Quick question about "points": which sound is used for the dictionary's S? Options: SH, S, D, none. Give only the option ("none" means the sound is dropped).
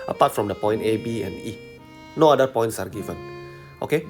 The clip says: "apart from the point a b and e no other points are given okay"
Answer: S